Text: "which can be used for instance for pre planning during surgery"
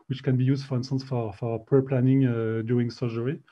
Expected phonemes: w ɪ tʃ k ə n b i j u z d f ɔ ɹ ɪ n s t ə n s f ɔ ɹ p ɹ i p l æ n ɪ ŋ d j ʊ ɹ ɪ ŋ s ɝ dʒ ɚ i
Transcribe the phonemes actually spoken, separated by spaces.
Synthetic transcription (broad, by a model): w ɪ tʃ k ə n b i j u z d f ɔ ɹ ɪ n s t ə n s f ɔ ɹ p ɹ p l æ n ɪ ŋ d j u ɪ ŋ s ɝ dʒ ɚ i